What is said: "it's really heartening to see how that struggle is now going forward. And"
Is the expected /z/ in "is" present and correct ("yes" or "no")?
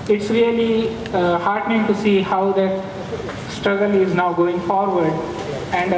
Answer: yes